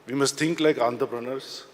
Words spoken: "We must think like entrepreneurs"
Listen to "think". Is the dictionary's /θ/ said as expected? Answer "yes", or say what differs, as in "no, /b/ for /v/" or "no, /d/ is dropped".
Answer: no, /t/ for /θ/